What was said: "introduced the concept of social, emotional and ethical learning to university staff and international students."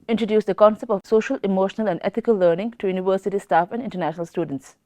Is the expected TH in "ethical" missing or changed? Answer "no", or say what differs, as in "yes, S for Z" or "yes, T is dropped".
yes, T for TH